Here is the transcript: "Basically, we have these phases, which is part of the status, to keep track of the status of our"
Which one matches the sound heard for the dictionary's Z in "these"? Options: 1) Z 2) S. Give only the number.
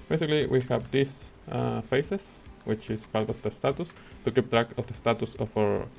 2